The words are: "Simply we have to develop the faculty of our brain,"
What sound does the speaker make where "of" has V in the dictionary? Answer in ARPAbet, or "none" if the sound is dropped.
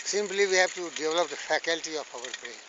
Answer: F